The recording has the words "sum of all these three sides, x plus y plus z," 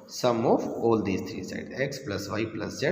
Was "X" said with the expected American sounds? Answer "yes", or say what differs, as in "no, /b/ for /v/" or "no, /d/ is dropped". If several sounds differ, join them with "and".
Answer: yes